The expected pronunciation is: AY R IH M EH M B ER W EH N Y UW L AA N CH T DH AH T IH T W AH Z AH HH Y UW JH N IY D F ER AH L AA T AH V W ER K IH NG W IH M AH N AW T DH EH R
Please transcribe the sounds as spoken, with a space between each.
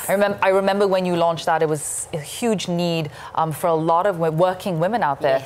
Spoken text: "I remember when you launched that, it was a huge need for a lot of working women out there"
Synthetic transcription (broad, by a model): AY R IH M EH M B ER W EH N Y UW L AA N CH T DH AH T IH T W AH Z AH HH Y UW JH N IY D F ER AH L AA T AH V W ER K IH NG W IH M AH N AW T DH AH R